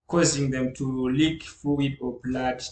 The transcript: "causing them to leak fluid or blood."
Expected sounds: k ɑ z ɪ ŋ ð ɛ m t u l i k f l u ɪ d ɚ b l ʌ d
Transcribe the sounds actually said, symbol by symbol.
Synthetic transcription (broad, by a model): k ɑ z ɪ ŋ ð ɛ m t u l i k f u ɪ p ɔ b l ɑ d